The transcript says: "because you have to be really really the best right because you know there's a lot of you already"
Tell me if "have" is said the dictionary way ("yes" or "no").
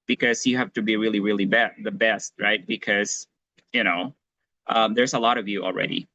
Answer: no